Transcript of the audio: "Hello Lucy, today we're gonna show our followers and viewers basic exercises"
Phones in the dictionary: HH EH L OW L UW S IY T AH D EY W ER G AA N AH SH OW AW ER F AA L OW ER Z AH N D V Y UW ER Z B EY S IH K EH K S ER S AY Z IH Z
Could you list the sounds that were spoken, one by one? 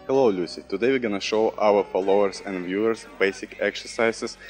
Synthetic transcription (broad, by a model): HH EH L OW L UW S IY T AH D EY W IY G AA N AH SH OW AW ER F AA L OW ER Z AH N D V Y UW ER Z B EY S IH K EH K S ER S AY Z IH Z